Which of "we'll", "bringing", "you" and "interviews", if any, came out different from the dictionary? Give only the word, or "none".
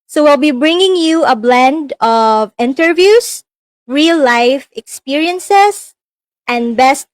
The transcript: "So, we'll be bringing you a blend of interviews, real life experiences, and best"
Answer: interviews